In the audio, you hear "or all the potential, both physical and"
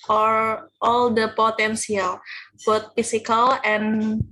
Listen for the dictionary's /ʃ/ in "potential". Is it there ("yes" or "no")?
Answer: no